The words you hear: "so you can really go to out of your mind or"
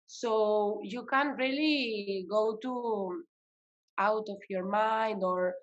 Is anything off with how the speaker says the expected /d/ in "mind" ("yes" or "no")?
no